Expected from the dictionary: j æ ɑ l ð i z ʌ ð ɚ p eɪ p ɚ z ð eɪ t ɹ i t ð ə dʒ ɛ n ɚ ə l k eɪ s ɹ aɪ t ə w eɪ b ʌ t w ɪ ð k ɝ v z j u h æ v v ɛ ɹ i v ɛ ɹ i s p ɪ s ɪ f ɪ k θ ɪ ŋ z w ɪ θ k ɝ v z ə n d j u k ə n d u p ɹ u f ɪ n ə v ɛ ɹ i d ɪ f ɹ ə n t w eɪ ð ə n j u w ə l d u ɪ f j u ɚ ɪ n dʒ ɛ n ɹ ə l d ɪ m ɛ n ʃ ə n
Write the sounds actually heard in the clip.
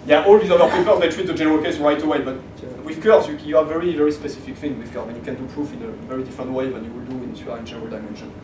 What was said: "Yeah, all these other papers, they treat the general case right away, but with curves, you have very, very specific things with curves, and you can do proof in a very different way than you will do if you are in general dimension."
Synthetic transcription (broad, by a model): j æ ɑ l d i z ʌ ɚ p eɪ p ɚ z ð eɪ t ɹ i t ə dʒ ɛ n ɚ ə l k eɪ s ɹ aɪ t ə w eɪ b ʌ t w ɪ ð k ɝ z j u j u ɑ v ɛ ɹ i v ɛ ɹ i s p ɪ s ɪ f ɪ k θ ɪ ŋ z w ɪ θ k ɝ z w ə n j u k ə n d u p ɹ u f ɪ n ə v ɛ ɹ i d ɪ f ɹ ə n t w eɪ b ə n j u w ə l d u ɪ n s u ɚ ɪ n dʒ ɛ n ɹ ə l d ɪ m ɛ n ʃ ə n